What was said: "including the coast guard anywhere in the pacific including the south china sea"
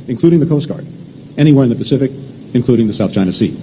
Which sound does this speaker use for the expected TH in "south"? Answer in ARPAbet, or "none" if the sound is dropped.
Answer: TH